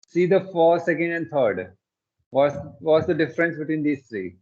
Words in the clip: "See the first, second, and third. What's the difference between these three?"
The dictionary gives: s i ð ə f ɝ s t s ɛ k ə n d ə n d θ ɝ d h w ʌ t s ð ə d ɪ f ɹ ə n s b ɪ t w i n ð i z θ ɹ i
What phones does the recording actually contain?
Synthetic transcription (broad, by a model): s i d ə f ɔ t s ɛ k ə n d ə n d t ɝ d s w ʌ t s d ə d ɪ f ɹ ə n s b ɪ t w i n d i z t ɹ i